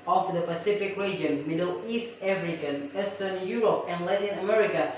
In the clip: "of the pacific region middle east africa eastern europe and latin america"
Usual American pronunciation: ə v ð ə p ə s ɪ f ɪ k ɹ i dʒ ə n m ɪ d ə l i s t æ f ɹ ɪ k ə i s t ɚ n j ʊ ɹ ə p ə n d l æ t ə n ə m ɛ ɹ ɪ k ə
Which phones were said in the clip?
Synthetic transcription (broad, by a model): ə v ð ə p ə s ɪ f ɪ k ɹ i dʒ ə n m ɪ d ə l i s t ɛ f ɹ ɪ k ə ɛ s t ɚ n j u ɹ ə p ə n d l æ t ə n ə m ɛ ɹ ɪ k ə